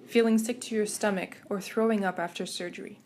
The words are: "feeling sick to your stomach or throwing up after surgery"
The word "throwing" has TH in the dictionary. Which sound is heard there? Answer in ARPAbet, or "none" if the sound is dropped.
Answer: TH